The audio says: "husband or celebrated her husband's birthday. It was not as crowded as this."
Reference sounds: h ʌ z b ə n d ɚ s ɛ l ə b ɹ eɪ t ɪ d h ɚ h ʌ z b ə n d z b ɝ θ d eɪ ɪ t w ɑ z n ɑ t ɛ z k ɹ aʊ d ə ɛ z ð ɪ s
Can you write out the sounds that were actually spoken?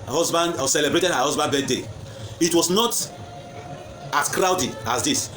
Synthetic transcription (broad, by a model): h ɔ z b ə n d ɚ s ɛ l ə b ɹ eɪ t ɪ d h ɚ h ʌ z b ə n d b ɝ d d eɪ ɪ t w ɑ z n ɑ t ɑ s k ɹ aʊ d ə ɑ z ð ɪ s